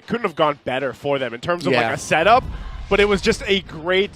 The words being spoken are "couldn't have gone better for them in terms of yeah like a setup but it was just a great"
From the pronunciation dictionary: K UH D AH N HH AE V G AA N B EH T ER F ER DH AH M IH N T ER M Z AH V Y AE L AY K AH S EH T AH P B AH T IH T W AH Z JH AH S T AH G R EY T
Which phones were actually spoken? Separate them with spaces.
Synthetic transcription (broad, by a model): K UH D N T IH V G AA N B EH T ER F ER DH AH M IH N T ER M Z AH V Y L AY K AH S EH T AH P B AH T IH T W AH Z JH AH S T AH G R EY T